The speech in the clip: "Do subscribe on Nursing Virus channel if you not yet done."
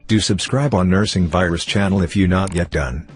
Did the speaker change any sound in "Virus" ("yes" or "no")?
no